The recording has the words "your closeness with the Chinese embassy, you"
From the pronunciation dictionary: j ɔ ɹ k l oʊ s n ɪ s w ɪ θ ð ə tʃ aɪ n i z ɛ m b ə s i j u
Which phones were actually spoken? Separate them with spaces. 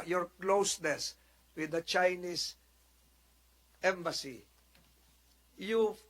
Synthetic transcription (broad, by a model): j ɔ ɹ k l oʊ s n ɪ s w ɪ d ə tʃ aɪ n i s ɛ m b ə s i j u